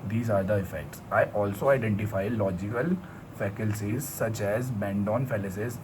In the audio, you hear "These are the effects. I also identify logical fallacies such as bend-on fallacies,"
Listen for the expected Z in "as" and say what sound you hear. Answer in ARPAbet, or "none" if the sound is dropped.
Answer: Z